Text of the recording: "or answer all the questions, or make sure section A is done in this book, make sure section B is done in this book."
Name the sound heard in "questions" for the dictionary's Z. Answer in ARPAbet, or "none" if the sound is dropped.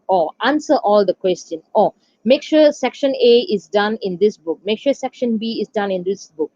none